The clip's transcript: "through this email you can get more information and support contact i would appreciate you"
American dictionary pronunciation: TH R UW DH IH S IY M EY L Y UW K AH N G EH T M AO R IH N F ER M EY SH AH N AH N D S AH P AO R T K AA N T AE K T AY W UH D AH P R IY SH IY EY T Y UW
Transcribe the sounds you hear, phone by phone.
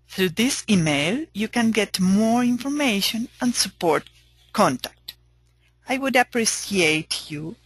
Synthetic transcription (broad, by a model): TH R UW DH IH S IY M EY L Y UW K AH N G EH T M AO R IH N F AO M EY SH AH N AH N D S AH P AO R T K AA N T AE K T AY W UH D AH P R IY S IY EY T Y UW